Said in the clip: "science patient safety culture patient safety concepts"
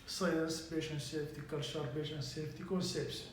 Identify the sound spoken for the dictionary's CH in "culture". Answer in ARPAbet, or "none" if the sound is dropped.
SH